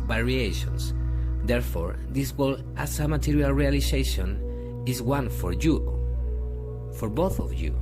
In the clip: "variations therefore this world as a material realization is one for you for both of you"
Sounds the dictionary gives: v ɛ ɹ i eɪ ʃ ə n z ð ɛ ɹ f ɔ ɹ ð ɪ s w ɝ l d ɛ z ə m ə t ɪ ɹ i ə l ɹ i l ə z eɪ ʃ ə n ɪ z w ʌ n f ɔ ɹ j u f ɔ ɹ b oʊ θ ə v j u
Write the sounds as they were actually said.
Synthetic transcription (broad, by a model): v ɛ ɹ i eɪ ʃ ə n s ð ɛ ɹ f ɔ ɹ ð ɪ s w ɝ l ɑ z ə m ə t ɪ ɹ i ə l ɹ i l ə s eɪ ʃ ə n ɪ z w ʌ n f ɔ ɹ j u f ɔ ɹ b oʊ θ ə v j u